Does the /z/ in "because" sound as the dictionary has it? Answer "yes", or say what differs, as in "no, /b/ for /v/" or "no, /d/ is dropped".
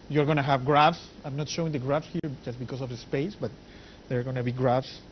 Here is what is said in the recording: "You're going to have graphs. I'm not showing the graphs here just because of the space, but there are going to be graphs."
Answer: no, /s/ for /z/